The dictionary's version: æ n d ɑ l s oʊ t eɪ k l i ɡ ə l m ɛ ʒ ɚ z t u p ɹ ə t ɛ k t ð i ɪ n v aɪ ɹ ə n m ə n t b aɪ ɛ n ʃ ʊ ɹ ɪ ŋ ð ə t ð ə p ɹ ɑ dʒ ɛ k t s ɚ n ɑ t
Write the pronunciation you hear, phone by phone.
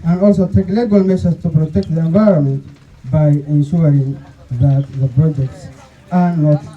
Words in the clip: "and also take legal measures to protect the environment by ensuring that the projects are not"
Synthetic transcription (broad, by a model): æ n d ɑ l s oʊ t eɪ k l i ɡ ə l m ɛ s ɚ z t u p ɹ ə t ɛ k t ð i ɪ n v aɪ ɹ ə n m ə n t b aɪ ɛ n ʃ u ɹ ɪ ŋ ð ə t ð ə p ɹ ɑ dʒ ɛ k t s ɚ n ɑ t